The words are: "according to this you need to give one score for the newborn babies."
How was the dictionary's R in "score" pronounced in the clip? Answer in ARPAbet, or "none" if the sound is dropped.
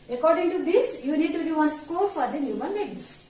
L